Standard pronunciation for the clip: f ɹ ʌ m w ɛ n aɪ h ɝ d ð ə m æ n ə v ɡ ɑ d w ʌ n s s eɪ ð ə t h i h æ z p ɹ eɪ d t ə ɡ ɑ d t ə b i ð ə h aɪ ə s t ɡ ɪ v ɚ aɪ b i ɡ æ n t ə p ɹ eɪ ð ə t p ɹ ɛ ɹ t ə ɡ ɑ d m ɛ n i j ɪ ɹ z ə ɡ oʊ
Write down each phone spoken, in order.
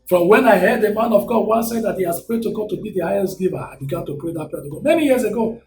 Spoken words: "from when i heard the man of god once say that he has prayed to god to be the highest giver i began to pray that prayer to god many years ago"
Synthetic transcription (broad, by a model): f ɹ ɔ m w ɛ n aɪ h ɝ d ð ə m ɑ n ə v ɡ ɑ d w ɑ s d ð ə t h i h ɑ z p ɹ eɪ d t ə ɡ ɑ d t ə b i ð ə h aɪ ə s t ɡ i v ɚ aɪ b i ɡ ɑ n t ə p ɹ eɪ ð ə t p ɛ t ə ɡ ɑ m ɛ n i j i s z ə ɡ oʊ